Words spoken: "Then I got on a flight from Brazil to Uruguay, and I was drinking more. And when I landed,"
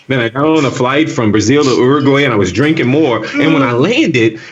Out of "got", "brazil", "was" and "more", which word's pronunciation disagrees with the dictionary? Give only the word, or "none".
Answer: none